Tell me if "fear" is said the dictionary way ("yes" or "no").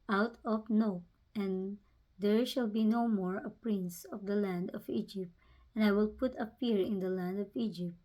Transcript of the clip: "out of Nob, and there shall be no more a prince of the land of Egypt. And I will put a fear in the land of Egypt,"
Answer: no